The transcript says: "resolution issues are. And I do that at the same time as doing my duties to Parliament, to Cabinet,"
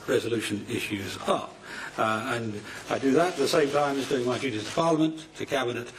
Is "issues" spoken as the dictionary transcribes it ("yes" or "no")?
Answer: yes